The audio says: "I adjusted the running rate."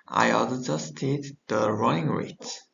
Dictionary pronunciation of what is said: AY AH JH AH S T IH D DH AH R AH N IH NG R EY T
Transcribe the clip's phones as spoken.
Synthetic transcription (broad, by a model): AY AH JH AH S T IH D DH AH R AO IH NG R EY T